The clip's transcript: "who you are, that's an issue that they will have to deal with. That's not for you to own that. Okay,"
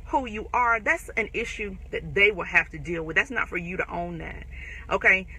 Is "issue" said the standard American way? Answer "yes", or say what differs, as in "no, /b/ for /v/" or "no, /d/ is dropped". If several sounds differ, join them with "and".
yes